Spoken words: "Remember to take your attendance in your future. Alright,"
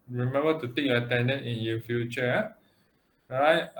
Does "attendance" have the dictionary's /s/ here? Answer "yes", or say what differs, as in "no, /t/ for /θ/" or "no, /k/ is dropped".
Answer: no, /s/ is dropped